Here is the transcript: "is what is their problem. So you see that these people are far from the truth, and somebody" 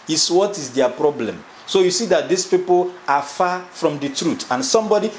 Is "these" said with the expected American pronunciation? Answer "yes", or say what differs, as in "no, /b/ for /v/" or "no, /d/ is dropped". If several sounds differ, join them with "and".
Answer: no, /s/ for /z/